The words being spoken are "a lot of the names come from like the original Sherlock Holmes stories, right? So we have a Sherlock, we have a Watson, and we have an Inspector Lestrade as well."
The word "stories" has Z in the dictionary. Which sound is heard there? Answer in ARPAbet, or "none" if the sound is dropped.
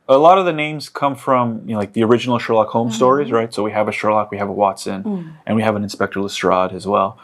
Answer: Z